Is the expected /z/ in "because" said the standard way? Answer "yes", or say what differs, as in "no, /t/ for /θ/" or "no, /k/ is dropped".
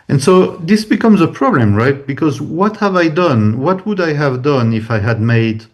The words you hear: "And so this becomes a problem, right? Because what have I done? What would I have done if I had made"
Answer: yes